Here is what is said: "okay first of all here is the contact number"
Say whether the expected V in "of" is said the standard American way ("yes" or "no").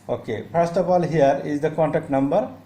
no